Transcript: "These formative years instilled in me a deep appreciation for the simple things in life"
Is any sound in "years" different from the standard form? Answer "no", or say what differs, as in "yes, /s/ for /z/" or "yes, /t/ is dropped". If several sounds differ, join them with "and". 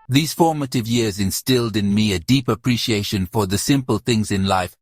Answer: no